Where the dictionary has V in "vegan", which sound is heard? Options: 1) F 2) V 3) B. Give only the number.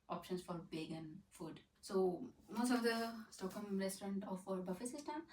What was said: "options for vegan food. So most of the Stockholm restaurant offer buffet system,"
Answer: 3